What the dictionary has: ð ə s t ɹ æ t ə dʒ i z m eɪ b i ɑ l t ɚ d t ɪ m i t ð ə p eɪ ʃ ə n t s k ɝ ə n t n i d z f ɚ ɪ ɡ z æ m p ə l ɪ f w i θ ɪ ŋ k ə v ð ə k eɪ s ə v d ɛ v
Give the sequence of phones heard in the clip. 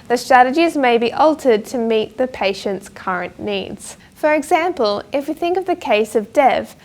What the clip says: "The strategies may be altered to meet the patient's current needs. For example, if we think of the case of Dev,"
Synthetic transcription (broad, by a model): ð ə s t ɹ æ t ə dʒ i z m eɪ b i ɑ l t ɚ d t ɪ m i t ð ə p eɪ ʃ ə n t s k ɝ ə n n i d z f ɚ ɪ ɡ z æ m p ə l ɪ f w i θ ɪ ŋ k ə v ð ə k eɪ s ə v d ɛ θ